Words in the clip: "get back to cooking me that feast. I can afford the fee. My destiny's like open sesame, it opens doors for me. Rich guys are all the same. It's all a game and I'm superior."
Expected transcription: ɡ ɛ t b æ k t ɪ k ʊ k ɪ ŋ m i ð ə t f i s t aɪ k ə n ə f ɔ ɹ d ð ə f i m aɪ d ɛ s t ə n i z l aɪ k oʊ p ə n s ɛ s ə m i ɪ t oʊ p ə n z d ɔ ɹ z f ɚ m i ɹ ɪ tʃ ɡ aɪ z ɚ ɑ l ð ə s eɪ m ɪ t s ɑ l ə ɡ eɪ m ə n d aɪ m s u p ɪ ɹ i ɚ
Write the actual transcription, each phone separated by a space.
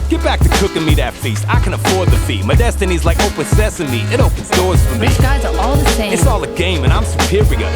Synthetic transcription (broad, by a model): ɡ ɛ t b æ k t ɪ k ʊ k ɪ ŋ m i ð ə t f i s t aɪ k ə n ə f ɔ ɹ d ð ə f i m aɪ d ɛ s t ə n i z l aɪ k oʊ p ə n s ɛ s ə m i ɪ t oʊ p ə n z d ɔ ɹ z f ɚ m i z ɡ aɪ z ɚ ɑ l ð ə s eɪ ɪ t s ɑ l ə ɡ eɪ m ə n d aɪ m s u p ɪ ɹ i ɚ